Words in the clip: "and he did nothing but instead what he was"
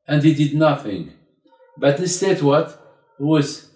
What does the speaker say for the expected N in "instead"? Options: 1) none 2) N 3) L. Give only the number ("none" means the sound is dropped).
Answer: 1